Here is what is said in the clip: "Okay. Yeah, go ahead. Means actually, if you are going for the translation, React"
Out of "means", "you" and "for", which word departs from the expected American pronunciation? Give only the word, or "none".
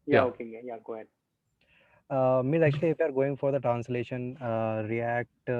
means